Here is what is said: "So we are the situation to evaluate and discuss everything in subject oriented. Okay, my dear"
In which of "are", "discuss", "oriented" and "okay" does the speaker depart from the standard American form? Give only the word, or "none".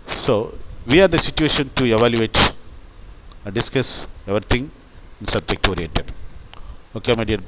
oriented